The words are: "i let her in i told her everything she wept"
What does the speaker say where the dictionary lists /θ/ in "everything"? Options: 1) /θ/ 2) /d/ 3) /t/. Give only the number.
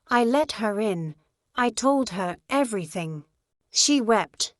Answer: 1